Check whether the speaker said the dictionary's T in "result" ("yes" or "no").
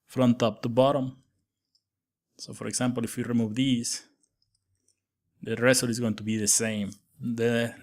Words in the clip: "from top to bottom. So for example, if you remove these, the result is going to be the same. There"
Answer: no